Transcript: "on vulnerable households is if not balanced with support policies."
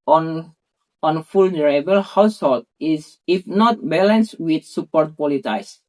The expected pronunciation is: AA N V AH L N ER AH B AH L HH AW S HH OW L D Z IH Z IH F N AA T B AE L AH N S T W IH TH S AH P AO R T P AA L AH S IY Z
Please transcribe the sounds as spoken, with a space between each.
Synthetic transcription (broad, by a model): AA N F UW L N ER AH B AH L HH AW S HH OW L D IH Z IH F N AA T B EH L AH N S W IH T S AH P AO R T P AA L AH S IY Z